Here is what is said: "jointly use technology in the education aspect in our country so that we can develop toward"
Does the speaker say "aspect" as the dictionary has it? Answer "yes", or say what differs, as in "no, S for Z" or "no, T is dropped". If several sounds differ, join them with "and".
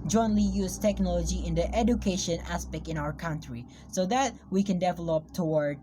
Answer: yes